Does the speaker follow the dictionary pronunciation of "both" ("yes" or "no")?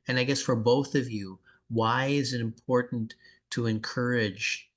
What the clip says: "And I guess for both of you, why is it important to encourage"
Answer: yes